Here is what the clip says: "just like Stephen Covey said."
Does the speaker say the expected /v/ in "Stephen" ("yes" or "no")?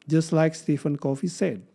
no